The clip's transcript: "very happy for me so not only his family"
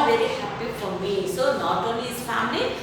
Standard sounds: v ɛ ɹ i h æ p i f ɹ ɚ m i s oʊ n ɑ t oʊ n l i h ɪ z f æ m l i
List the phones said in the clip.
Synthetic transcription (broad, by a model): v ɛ ɹ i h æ p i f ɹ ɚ m i s oʊ n ɑ t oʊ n i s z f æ m l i